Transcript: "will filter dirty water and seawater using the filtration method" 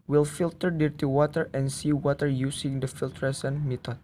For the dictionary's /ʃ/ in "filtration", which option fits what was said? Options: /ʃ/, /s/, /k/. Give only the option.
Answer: /s/